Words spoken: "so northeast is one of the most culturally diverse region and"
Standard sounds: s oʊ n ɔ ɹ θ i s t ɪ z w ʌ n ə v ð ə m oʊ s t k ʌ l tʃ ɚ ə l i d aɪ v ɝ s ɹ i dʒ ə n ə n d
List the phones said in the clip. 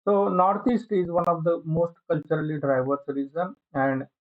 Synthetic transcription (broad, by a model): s oʊ n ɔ ɹ t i s t ɪ z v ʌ n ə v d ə m oʊ s t k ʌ l tʃ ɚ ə l i d aɪ v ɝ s ɹ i z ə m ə n d